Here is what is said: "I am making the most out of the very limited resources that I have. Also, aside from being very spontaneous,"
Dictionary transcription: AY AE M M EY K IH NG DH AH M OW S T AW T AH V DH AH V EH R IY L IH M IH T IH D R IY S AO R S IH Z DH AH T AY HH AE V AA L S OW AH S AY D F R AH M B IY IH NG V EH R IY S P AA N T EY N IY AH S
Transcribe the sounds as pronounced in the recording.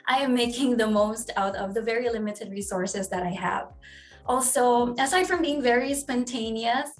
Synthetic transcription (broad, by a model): AY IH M M EY K IH NG DH AH M OW S T AW T AH V DH AH V EH R IY L IH M IH T IH D R IY S AO R S IH Z DH AH T AY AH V AA L S OW AH S AY D F R AH M B IY IH NG V EH R IY S P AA N T EY N IY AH S